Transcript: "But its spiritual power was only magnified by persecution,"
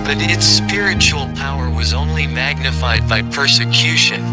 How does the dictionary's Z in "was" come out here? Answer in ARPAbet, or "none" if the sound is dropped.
Z